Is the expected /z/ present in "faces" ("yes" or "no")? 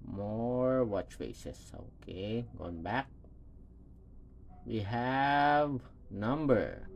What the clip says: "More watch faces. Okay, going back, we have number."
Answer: no